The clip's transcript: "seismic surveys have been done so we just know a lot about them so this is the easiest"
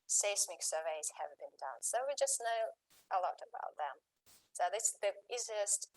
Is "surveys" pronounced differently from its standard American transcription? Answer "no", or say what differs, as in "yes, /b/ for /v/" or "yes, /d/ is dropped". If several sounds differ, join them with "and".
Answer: no